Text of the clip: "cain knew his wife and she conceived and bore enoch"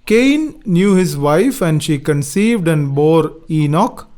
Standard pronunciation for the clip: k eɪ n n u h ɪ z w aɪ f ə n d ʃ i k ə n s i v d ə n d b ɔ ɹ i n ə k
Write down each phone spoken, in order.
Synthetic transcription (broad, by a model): k eɪ n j u h ɪ z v aɪ f ə n d ʃ i k ə n s i v d ə n d b ɔ ɹ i n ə k